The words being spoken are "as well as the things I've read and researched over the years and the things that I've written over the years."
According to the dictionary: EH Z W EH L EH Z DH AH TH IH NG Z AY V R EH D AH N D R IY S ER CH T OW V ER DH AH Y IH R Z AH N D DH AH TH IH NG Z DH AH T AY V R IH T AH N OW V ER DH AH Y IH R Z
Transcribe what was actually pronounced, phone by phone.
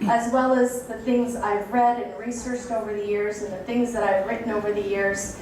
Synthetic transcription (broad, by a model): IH Z W EH L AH Z DH AH TH IH NG Z AY V R EH D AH N R IY S ER CH T OW V ER DH AH Y IH R Z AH N DH AH TH IH NG Z DH AH T AY V R IH T N OW V ER DH AH Y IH R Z